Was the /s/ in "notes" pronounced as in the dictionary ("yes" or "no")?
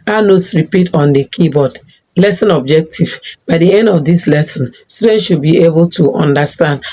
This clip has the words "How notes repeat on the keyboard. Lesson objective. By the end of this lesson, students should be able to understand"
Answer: yes